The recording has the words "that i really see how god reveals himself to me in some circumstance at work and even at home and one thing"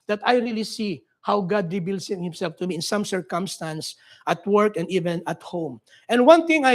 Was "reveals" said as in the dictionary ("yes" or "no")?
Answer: no